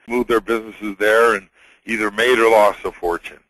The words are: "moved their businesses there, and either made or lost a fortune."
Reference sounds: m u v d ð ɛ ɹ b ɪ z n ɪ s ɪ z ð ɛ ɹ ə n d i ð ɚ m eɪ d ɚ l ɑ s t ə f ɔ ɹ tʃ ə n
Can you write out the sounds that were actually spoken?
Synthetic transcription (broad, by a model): m u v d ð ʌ ɹ b ɪ z n ɪ s ɪ z ð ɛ ɹ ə n i ð ɚ m eɪ d ɚ l ɑ s ə f ɔ ɹ tʃ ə n